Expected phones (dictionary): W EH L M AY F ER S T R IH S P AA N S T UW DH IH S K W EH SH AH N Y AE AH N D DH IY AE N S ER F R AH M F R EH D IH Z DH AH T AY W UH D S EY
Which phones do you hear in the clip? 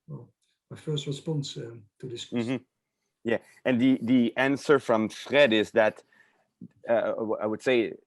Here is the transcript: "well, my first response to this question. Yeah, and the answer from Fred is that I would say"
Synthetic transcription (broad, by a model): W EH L M AY F ER S T R IH S P AA N S T UW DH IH S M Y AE AH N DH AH DH IY AE N S ER F R AH M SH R EH D IH Z DH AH T AY W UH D S EY